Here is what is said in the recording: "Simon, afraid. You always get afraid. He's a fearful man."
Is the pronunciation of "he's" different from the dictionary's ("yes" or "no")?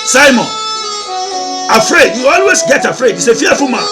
yes